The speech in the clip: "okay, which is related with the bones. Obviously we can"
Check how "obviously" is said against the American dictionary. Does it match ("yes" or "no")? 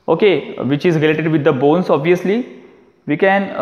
yes